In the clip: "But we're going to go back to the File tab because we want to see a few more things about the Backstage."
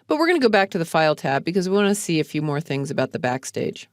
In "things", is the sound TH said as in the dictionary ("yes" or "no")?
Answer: yes